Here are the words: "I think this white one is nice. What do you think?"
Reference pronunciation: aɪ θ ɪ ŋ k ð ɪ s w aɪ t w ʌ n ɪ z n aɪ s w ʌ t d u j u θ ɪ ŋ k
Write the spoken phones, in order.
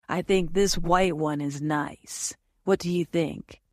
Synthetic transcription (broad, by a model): aɪ θ ɪ ŋ k ð ɪ s w aɪ t w ʌ n ɪ z n aɪ s w ʌ t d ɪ j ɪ θ ɪ ŋ k